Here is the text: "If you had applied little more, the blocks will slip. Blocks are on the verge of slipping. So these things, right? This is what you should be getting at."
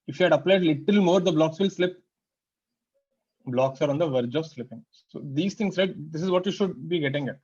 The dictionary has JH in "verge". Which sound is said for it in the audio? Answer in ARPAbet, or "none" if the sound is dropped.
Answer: JH